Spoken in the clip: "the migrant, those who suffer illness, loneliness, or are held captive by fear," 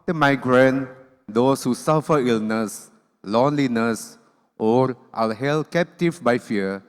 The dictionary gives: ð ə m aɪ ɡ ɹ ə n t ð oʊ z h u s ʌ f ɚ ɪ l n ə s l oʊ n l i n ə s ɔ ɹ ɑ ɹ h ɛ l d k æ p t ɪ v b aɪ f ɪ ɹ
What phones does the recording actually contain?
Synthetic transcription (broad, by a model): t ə m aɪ ɡ ɹ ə n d oʊ s h u s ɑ f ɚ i l n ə s l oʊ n l i n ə s ɔ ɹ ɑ l h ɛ l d k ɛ p t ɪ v b aɪ f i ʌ